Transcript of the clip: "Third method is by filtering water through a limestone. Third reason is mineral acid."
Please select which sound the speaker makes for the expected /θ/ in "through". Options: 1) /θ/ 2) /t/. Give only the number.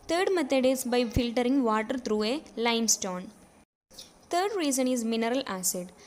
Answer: 2